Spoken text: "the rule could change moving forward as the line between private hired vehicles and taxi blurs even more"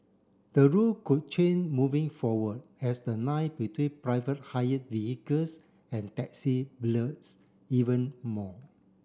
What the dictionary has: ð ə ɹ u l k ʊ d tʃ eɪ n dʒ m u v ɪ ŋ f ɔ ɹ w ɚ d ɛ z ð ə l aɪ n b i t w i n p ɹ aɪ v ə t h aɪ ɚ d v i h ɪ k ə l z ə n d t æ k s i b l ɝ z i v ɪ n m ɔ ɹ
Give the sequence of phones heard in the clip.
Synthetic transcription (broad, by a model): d ə ɹ u l k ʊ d tʃ eɪ n m u v ɪ ŋ f ɔ w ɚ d ɛ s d ə n aɪ b i t w i n p ɹ aɪ v ə t h aɪ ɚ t v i h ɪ k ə l s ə n t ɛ k s i b l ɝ s i v ɪ n m ɔ